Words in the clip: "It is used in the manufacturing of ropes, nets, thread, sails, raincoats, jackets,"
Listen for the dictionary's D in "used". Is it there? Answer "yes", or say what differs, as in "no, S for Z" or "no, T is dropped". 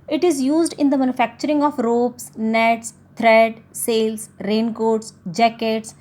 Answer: yes